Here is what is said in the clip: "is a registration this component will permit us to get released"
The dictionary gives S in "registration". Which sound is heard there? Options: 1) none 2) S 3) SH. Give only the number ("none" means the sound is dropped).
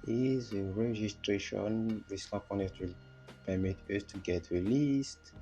2